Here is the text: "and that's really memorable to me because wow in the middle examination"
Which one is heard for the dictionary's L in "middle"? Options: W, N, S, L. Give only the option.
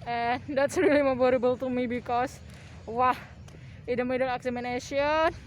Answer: N